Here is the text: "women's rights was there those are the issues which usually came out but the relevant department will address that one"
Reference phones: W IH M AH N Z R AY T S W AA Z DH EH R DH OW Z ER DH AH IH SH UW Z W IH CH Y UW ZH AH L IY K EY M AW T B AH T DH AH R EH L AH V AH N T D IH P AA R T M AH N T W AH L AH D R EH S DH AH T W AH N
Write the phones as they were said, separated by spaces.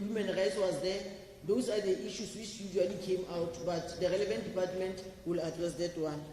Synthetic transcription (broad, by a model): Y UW M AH N R AY T S W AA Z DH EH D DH OW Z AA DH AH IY SH UW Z W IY CH Y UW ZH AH L IY K EY M AW T B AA T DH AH R EH L AH V AH N T D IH P AA T M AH N T W AH L AH D R EH S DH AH T W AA N